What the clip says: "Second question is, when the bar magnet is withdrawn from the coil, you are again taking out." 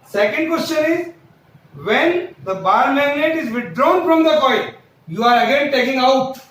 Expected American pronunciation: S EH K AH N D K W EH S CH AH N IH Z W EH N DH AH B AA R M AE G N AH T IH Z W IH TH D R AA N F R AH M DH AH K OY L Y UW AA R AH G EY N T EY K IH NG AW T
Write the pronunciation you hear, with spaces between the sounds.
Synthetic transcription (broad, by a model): S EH K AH N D K W EH S CH AH N IH Z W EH N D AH B AA R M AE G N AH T IH Z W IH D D R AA N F R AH M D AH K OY N Y UW AA R AH G EY N T EY K IH NG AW T